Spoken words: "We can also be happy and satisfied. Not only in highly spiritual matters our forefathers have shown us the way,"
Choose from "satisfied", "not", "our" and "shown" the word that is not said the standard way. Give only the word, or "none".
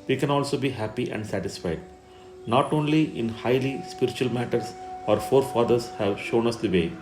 none